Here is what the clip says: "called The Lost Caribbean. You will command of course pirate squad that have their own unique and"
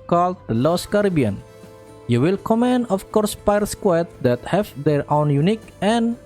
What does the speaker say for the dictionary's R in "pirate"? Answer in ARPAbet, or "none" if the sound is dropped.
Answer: none